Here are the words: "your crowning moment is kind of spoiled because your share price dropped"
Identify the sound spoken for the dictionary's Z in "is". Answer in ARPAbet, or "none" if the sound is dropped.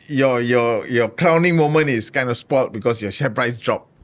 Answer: S